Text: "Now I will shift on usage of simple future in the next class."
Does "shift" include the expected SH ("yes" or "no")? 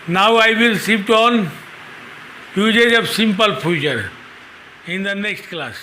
no